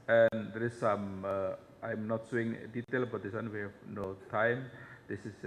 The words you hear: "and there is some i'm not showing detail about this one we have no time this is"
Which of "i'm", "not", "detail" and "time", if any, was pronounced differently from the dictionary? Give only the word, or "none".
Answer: none